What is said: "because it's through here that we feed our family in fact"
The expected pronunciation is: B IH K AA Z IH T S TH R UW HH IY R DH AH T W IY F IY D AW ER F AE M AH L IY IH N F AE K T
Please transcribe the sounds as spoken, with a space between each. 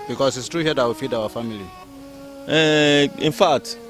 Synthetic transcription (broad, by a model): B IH K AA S IH T S T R UW HH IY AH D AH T W IY F IY D AW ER F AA M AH L IY IH N F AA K T